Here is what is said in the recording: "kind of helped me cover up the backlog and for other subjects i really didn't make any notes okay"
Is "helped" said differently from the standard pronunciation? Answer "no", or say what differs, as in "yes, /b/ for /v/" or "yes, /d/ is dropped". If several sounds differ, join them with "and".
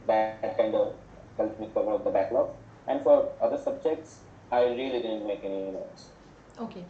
yes, /p/ is dropped